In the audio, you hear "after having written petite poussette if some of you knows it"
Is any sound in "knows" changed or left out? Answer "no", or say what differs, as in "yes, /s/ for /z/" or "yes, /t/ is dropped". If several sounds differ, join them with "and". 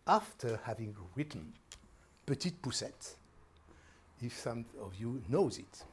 no